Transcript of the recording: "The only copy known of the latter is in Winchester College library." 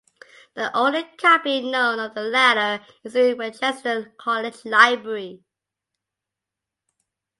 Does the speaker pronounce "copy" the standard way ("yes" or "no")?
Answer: no